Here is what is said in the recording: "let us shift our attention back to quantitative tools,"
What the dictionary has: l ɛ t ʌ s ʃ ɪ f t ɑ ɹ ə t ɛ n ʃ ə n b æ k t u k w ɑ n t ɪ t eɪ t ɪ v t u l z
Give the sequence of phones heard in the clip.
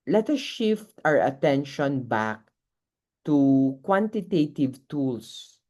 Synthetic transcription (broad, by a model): l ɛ t ʌ s ʃ ɪ f t ɑ ɹ ə t ɛ n ʃ ə n b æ k t u k w ɑ n t ɪ t eɪ t ɪ v t u l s